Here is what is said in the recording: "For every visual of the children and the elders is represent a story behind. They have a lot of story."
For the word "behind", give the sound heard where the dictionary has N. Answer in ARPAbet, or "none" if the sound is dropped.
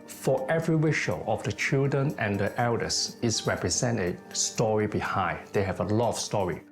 none